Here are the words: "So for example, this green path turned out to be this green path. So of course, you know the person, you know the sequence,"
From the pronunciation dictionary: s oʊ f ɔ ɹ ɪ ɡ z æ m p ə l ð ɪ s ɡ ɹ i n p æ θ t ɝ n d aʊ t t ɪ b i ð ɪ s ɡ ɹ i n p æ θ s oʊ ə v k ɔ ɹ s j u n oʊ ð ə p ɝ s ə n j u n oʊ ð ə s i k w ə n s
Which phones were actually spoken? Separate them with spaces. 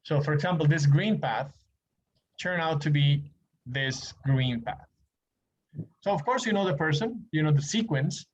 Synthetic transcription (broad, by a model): s oʊ f ɔ ɹ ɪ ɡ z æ m p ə l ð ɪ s ɡ ɹ i n p æ θ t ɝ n aʊ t t ɪ b i ð ɪ s ɡ ɹ i n p æ θ s oʊ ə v k ɔ ɹ s j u n oʊ ð ə p ɝ s ə n j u n oʊ ð ə s i k w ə n s